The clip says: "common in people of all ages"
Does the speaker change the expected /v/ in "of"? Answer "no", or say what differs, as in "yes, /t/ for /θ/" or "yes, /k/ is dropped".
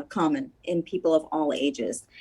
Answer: no